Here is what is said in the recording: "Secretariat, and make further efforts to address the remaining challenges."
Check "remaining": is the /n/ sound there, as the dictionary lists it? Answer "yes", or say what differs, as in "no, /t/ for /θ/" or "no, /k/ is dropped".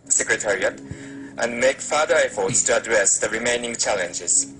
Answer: yes